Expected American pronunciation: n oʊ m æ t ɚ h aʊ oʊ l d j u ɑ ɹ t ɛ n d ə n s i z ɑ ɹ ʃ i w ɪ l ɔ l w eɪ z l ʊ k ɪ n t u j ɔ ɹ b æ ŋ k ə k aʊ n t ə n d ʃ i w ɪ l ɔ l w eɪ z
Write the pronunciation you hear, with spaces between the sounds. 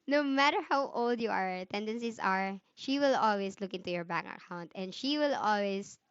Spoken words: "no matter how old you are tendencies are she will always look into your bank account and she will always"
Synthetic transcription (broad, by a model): n oʊ m æ t ɚ h aʊ oʊ l d j u ɑ ɹ t ɛ n d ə n s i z ɑ ɹ ʃ i w ɪ l ɔ l w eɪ s l ʊ k ɪ n t u j ɔ ɹ b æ k ə k aʊ n t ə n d ʃ i w ɪ l ɔ l w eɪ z